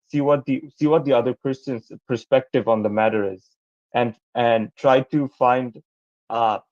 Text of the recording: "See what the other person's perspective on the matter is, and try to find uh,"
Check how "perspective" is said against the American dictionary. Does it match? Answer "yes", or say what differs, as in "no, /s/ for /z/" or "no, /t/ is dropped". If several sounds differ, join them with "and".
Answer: yes